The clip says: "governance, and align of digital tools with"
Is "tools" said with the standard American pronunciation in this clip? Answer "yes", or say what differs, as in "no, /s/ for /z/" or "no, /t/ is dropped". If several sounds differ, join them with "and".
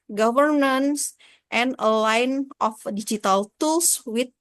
no, /s/ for /z/